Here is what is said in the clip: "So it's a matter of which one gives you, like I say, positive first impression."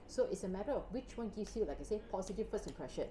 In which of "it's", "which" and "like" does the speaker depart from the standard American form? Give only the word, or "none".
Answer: none